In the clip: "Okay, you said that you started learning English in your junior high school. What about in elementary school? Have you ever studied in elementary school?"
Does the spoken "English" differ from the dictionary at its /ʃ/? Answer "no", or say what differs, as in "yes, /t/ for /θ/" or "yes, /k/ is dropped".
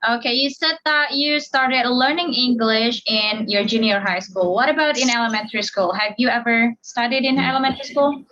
no